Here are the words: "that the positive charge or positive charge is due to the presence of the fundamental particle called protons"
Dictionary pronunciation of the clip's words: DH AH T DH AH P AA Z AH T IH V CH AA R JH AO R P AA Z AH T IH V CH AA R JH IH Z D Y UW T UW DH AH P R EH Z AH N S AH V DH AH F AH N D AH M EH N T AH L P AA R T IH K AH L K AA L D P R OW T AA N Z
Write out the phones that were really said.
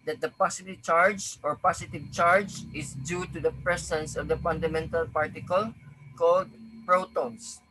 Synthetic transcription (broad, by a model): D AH T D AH P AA S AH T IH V CH AA R JH AO R P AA S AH T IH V CH AA R JH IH S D Y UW T UW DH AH P R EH S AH N S AH V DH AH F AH N D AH M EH N T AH L P AA R T IH K AH L K AA L D P R OW T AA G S